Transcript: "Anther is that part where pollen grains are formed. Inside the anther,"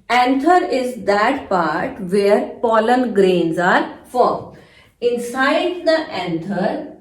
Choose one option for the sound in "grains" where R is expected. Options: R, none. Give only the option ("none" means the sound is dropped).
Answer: R